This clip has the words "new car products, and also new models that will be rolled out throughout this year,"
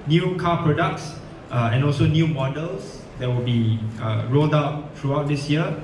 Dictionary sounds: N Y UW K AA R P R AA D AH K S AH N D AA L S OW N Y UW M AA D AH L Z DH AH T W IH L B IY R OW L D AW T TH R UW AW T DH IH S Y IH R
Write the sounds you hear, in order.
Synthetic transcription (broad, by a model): N Y UW K AA P R AA D AH K S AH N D AA L S OW N Y UW M AA D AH L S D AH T W IH L B IY R OW L D AW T R UW AW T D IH S Y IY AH